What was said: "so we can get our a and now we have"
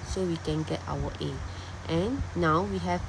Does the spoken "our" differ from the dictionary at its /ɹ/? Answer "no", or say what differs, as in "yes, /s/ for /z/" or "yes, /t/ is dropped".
yes, /w/ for /ɹ/